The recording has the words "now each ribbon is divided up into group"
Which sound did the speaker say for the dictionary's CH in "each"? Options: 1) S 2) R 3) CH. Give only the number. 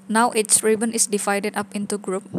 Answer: 1